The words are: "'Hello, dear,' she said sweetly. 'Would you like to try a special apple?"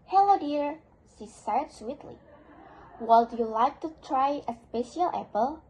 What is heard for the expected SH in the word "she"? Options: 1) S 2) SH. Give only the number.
1